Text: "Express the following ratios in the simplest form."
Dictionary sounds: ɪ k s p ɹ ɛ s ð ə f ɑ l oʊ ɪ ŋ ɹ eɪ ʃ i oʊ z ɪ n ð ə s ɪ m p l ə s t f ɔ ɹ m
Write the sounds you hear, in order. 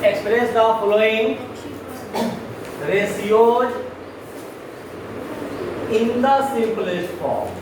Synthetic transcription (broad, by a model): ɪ k s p ɹ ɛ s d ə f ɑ l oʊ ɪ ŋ ɹ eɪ s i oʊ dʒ ɪ n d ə s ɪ p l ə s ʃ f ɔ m